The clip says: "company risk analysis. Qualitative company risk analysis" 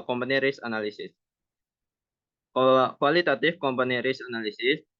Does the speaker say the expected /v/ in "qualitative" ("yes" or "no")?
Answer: no